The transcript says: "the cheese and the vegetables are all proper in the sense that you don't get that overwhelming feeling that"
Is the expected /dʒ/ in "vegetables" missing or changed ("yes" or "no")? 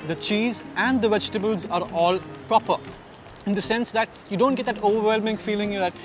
no